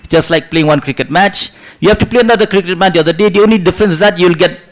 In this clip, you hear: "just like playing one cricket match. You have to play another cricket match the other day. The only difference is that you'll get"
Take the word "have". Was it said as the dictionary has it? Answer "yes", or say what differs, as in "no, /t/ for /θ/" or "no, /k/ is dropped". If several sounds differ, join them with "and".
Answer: no, /f/ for /v/